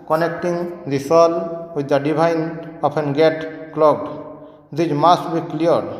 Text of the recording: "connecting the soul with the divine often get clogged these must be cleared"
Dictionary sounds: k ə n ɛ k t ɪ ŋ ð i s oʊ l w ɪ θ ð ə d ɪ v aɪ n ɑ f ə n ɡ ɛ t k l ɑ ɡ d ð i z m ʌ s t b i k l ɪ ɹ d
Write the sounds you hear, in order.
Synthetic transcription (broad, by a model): k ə n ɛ k t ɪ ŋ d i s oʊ l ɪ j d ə d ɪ b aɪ n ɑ p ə n ɡ ɛ t k l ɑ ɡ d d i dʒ m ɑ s b i k l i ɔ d